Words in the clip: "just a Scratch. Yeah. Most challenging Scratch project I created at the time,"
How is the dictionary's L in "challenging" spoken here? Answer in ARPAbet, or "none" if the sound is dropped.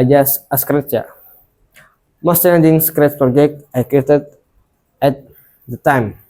N